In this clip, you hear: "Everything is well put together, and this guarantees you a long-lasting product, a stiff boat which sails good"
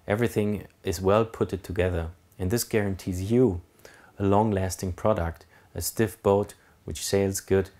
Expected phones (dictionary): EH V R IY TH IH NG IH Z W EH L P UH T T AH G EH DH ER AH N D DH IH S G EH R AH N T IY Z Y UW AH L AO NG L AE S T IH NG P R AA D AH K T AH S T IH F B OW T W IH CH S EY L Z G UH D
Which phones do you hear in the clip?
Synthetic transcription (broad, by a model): EH V R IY TH IH NG IH Z W EH L P UH T T AH G EH DH ER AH N DH IH S G EH R AH N T IY Z Y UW AH L AO NG L AE S T IH NG P R AA D AH K T AH S T IH F B OW T W IH CH S EY L Z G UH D